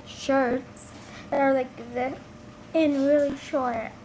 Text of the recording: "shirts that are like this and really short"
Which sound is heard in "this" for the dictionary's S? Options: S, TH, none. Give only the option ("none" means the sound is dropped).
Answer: none